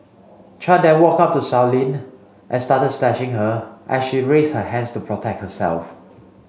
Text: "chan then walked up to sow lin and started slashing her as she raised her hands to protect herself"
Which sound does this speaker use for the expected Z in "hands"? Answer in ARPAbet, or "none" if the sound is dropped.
S